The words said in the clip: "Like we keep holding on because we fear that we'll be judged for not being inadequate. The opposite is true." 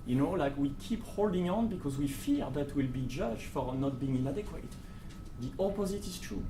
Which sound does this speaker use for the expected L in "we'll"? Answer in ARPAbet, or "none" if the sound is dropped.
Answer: L